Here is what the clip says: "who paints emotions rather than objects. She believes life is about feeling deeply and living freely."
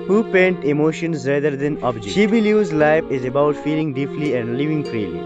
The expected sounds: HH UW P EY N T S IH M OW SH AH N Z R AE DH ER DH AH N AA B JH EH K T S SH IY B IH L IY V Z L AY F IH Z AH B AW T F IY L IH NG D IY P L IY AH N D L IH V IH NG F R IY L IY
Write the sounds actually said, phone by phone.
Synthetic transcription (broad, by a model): HH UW P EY N T IH M OW SH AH N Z R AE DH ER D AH N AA B JH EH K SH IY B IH L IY Z L AY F IH Z AH B AW T F IY L IH NG D IY P L IY AH N D L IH V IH NG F R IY L IY